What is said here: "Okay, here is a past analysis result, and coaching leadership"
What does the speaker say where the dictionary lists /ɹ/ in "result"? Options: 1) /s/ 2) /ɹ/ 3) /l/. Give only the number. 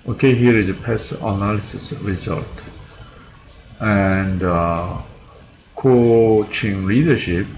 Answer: 2